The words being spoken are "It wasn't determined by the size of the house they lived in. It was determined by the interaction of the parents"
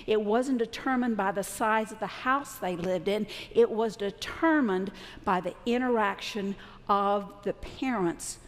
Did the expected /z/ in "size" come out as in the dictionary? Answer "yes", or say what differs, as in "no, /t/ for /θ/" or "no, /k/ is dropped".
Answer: yes